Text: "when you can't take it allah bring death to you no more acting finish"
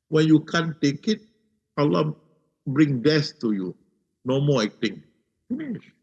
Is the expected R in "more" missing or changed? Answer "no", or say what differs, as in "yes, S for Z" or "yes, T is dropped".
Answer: yes, L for R